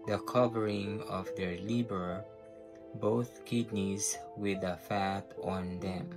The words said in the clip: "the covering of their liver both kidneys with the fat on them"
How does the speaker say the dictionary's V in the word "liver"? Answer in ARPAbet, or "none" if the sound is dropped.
B